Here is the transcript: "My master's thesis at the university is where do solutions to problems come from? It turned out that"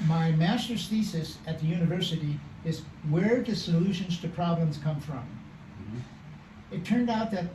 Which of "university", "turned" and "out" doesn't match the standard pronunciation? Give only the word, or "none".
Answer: none